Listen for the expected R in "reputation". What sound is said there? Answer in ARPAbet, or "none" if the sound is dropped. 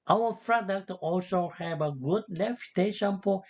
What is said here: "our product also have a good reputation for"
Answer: L